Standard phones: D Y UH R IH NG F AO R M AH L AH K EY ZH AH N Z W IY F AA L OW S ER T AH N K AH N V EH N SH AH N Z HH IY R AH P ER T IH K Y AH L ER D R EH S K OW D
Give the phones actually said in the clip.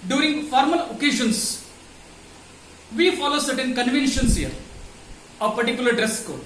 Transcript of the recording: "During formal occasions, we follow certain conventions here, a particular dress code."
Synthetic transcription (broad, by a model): D Y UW R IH NG F AO R M AH L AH K EY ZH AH N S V IY F AA L OW S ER T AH N K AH N V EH N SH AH N S HH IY R AH P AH T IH K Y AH L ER D R EH S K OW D